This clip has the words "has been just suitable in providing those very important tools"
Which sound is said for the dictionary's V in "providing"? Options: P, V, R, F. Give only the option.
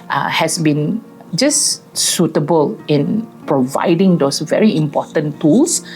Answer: V